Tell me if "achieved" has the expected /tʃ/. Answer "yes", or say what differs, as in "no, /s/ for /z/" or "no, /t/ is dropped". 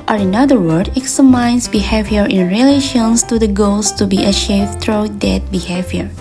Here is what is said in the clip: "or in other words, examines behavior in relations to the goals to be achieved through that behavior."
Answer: no, /ʃ/ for /tʃ/